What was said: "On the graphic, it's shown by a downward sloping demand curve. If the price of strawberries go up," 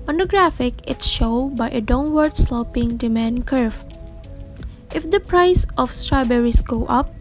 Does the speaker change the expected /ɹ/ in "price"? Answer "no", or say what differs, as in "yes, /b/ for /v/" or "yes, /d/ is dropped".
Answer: no